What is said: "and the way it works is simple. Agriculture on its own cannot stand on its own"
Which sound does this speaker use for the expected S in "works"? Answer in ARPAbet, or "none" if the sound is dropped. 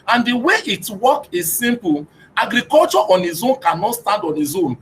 none